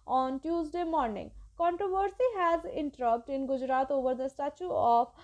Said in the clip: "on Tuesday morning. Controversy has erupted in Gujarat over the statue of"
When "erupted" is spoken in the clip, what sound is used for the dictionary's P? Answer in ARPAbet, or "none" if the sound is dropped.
none